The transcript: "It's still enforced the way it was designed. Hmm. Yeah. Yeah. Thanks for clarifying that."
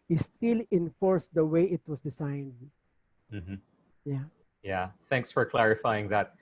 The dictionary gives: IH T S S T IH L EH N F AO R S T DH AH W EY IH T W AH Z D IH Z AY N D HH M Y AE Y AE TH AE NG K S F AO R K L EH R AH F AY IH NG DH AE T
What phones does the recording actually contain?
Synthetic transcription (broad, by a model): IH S S T IH L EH N F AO R S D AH W EY IH T W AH S D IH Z AY N D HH M Y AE Y AE TH AE NG K S F AO R K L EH R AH F AY IH NG DH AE T